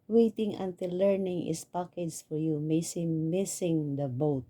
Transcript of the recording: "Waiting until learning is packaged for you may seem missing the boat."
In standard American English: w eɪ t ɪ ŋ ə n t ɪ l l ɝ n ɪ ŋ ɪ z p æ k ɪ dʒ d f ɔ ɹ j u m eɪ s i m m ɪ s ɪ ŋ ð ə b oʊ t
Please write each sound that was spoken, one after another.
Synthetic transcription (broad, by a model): w eɪ t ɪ ŋ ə n t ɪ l l ɝ n ɪ ŋ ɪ s p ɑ k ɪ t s f ɔ ɹ j u m eɪ s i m m ɪ s ɪ ŋ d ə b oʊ t